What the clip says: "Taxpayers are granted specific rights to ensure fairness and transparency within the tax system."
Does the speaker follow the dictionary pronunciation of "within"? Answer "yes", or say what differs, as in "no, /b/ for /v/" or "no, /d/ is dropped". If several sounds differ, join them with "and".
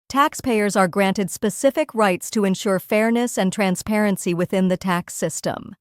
yes